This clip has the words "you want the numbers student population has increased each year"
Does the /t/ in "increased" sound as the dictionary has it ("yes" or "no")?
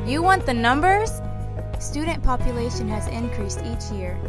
yes